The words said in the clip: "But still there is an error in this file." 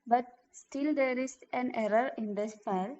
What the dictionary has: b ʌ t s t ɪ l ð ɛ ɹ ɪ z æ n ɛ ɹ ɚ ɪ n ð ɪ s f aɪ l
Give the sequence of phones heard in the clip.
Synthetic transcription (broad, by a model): b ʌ t s t ɪ l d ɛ ɹ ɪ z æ n ɛ ɹ ɚ ɪ n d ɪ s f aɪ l